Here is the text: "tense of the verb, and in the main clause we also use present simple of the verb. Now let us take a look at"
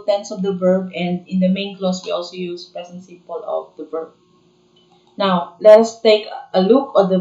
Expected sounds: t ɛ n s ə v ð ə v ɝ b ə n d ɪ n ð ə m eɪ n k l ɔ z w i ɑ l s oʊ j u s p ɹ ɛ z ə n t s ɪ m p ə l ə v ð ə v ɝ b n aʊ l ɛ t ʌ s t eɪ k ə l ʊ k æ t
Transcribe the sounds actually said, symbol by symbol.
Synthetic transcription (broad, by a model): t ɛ n s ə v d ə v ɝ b ə n d ɪ n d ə m eɪ n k l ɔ s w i ɑ l s oʊ j u s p ɛ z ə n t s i p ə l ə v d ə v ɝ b n aʊ l ɛ t ʌ s t eɪ k ə l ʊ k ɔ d